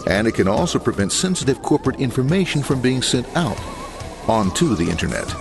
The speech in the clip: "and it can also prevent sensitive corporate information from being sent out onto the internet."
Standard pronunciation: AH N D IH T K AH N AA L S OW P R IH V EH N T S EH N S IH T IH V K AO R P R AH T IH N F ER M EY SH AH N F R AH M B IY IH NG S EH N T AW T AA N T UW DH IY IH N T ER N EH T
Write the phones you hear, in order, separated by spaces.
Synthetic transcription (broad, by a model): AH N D IH T K AH N AA L S OW P R IH V EH N T S EH N S IH T IH V K AO R P R AH T IH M F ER M EY SH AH N F R AH M B IY IH NG S EH N T AW T AA N T UW DH IY IH N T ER N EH T